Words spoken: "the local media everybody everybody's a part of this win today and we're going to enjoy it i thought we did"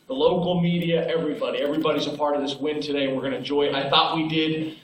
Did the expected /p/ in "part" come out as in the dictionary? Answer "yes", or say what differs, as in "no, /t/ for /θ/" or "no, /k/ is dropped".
yes